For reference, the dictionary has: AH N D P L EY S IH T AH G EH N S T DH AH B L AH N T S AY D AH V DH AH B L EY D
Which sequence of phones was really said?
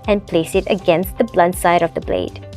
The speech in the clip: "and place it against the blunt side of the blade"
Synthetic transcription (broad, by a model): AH N P L EY S IH T AH G EH N S T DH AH B L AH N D S AY D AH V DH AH B L EY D